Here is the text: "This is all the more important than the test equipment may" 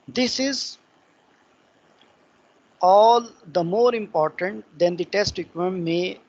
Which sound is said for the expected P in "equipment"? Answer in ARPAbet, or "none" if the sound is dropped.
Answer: none